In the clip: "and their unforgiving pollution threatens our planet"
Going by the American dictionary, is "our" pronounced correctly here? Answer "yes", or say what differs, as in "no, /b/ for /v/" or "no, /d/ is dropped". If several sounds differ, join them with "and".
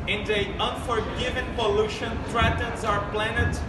yes